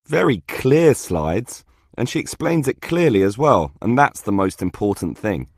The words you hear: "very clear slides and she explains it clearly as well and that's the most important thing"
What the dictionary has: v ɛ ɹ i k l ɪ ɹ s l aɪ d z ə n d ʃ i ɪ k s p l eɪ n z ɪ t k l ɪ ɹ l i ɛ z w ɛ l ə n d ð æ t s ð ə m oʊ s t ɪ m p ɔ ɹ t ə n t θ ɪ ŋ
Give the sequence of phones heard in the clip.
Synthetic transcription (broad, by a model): v ɛ ɹ i k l ɪ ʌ s l aɪ d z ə n ʃ i ɪ k s p l eɪ n z ɪ t k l ɪ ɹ l i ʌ z w ɛ l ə n ð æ t s ð ə m oʊ s t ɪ m p ɔ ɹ t n θ ɪ ŋ